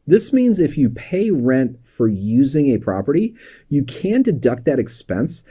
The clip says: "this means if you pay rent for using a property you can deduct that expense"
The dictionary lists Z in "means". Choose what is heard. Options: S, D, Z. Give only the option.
Z